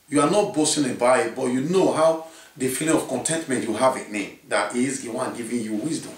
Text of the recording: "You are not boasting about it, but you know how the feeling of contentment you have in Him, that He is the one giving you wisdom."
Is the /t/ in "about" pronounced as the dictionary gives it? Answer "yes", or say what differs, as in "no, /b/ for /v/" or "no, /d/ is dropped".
no, /t/ is dropped